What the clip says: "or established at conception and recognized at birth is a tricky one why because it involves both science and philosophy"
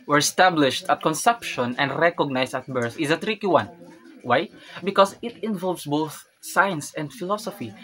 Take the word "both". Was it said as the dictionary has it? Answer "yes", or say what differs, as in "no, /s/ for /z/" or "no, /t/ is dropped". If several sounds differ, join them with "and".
yes